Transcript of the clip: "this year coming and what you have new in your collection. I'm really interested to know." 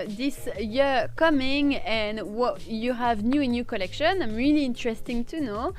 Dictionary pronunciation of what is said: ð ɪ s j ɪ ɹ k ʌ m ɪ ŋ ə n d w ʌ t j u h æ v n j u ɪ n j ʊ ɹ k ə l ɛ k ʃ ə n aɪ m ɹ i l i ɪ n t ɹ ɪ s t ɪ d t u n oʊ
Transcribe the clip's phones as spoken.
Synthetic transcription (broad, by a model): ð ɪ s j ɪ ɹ k ʌ m ɪ ŋ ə n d w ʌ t j u h æ v n j u ɪ n j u k ə l ɛ k ʃ ə n aɪ m ɹ i l i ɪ n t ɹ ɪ s t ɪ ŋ t u n oʊ